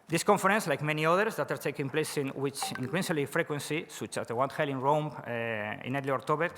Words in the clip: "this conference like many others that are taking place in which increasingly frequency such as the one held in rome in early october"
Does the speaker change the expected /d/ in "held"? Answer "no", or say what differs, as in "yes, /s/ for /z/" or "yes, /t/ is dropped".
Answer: yes, /d/ is dropped